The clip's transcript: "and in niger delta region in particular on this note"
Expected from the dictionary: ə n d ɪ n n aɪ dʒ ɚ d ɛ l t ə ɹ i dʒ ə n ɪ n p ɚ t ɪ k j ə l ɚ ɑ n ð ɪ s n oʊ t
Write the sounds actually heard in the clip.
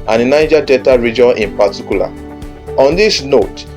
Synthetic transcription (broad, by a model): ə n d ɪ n n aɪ dʒ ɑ d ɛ t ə ɹ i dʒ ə n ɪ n p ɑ t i k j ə l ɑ ɑ n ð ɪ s n oʊ t